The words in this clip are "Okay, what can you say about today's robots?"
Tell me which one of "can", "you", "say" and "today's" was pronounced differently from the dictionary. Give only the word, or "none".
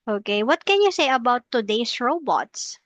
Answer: today's